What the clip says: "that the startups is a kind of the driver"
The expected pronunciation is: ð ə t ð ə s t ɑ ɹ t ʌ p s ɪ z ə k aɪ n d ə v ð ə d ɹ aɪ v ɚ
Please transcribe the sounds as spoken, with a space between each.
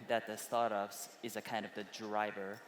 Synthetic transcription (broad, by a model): ð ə t ð ə s t ɑ ɹ t ʌ p s ɪ z ə k aɪ n d ə v ð ə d ɹ aɪ v ɚ